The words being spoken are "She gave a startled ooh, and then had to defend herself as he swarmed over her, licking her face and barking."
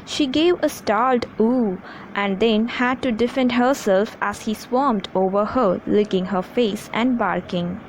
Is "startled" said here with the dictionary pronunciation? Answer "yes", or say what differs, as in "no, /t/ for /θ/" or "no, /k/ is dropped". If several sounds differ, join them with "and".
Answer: no, /l/ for /ɹ/